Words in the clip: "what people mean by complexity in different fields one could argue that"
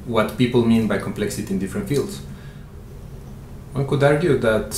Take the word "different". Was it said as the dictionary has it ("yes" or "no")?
yes